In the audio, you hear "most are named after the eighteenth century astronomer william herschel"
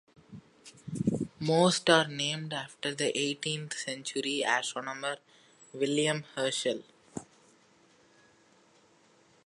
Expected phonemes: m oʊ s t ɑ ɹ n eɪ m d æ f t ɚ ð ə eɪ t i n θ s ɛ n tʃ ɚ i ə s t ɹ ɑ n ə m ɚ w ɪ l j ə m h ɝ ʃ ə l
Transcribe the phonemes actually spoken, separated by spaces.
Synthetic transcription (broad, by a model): m oʊ s t ɑ ɹ n eɪ m d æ f t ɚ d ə eɪ t i n t s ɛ n tʃ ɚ i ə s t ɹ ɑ n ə m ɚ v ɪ l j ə m h ɝ ʃ ə l